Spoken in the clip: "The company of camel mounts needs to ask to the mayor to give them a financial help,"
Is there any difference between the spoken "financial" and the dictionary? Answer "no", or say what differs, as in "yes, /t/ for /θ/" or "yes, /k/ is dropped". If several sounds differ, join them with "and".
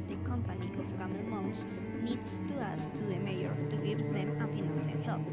yes, /p/ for /f/ and /n/ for /l/